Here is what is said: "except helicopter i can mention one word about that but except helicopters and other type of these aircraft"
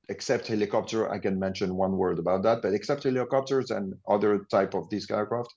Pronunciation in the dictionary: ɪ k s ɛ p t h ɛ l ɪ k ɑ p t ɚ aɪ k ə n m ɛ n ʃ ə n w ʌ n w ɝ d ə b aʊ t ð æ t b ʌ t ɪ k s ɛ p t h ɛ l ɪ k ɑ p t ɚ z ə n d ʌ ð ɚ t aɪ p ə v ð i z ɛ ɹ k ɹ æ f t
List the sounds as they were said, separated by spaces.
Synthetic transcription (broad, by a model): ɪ k s ɛ p t h ɛ l ɪ k ɑ p t ɚ aɪ k ə n m ɛ n ʃ ə n w ʌ n w ɝ d ə b aʊ t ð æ t b ʌ t ɪ k s ɛ p t h ɛ l ɪ k ɑ p t ɚ z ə n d ʌ ð ɚ t aɪ p ə v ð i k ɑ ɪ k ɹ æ f t